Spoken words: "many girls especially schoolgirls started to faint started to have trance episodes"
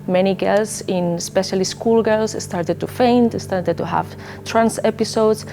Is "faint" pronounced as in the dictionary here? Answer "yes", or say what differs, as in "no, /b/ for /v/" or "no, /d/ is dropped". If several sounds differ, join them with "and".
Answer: yes